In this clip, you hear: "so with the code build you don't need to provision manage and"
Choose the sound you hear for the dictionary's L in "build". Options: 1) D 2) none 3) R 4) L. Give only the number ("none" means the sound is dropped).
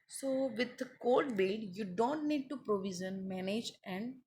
2